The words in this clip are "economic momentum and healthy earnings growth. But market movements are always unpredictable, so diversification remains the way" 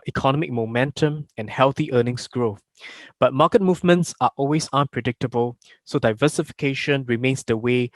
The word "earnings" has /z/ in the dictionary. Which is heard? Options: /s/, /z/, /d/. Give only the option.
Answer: /s/